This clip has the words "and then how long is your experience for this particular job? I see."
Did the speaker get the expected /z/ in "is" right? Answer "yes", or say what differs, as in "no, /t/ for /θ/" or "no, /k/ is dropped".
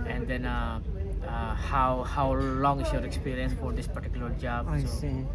no, /s/ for /z/